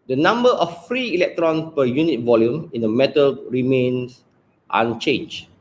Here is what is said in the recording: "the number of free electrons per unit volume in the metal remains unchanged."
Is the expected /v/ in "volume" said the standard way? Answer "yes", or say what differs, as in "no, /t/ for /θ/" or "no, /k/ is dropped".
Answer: yes